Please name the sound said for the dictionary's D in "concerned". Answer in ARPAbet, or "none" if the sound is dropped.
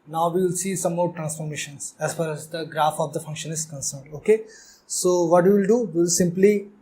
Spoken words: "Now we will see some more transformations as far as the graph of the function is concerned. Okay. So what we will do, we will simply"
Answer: D